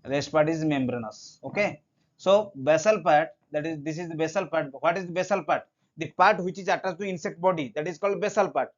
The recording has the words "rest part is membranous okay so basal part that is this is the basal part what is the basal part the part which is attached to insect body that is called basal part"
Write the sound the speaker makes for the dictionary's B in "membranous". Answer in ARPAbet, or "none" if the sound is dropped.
B